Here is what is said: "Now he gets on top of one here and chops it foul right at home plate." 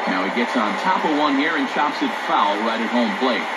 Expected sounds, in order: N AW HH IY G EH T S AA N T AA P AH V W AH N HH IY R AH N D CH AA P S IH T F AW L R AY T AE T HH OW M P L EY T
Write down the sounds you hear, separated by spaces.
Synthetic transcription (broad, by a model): N AW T G EH T S N T AA P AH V W AH N HH IY R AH N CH AA P S IH T F AW L R AY T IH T HH OW M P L EY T